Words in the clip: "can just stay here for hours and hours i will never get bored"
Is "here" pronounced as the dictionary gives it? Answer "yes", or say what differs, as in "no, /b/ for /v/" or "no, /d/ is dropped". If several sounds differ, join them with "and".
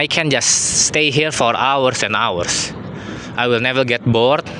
yes